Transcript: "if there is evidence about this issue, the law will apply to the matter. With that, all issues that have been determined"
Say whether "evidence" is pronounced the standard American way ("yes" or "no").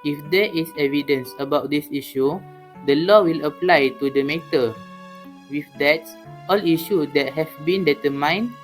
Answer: yes